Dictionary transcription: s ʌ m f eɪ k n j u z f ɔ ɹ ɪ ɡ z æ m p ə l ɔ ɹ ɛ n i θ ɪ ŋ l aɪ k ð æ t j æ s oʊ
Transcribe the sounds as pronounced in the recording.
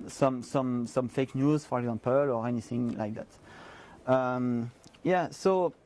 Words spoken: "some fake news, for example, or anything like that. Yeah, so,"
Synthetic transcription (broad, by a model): s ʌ m f eɪ k n j u z f ɔ ɹ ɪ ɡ z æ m p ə l ɔ ɹ ɛ n i θ ɪ ŋ l aɪ k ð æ t j æ s oʊ